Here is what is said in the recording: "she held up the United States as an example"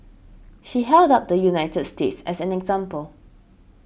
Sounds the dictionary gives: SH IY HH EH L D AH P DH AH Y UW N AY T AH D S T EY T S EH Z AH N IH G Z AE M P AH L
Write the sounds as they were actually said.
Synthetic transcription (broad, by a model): SH IY HH EH L D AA P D AH Y UW N AY T AH D S T EY T S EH S AH N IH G Z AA M P AH L